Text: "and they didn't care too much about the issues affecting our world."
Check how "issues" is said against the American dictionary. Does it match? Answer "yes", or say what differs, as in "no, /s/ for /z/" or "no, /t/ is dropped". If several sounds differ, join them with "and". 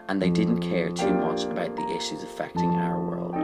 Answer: yes